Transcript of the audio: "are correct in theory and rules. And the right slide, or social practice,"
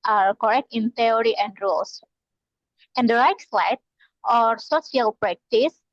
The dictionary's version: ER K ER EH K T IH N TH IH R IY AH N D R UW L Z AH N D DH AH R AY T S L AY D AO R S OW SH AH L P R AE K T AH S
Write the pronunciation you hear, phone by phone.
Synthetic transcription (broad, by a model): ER K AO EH K T IH N T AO R IY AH N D R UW L S AH N D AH R AY T S L AY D AO R S OW S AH L P R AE K T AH S